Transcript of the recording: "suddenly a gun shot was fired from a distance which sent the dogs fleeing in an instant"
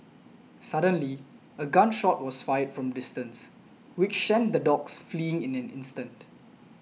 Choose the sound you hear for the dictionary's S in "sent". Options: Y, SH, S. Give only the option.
SH